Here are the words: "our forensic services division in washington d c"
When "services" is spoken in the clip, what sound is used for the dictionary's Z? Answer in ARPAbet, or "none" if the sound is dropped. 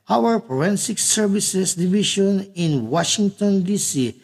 S